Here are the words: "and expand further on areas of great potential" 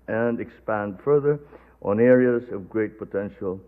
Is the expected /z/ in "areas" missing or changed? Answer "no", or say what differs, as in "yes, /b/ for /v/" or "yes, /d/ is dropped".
no